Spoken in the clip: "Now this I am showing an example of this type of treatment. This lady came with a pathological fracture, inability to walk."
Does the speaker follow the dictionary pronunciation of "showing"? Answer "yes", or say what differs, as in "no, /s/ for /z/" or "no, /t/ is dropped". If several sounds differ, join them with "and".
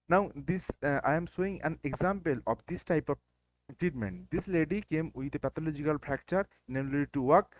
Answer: no, /s/ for /ʃ/